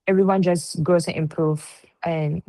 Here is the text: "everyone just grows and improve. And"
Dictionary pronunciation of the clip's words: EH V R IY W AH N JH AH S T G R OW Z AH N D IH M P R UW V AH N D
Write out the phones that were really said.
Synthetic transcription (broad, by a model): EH V R IY W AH N JH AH S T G OW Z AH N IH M P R UW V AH N